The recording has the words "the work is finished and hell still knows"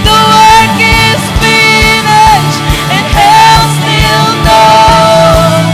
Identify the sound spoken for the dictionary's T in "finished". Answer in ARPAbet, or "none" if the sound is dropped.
none